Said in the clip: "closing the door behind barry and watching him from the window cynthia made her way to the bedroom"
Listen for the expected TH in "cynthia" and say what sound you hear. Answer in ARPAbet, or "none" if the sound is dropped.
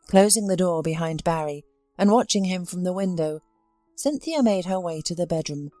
TH